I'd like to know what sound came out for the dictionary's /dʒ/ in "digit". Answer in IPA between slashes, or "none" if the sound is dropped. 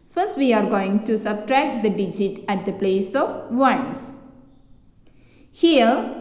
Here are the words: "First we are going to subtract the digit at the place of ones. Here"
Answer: /dʒ/